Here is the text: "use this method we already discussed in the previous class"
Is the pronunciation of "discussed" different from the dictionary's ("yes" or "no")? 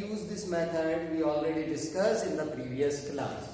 yes